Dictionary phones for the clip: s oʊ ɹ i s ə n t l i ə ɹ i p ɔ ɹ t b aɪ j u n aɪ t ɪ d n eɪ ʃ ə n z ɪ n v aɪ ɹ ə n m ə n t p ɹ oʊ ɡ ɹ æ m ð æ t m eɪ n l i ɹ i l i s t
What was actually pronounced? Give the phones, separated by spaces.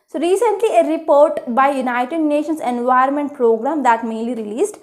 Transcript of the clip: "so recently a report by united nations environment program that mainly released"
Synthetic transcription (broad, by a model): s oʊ ɹ i s ə n t l i ə ɹ i p ɔ ɹ t b aɪ j u n aɪ t ɪ d n eɪ ʃ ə n s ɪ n v aɪ ə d m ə n t p ɹ oʊ ɡ ɹ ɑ m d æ t m eɪ n l i ɹ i l i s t